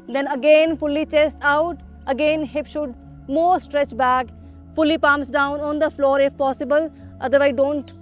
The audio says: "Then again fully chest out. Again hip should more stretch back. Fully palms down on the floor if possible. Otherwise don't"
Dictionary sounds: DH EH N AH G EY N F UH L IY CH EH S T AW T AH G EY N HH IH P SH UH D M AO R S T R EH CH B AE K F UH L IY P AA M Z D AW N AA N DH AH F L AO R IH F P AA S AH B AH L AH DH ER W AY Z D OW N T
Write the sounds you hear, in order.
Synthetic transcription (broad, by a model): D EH N AH G EY N F UH L IY CH EH S T AW T AH G EY N HH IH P SH UH D M AO R S T R EH CH B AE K F UH L IY P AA M S D AW N AA N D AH F L AO R IH F P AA S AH B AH L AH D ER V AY D OW N T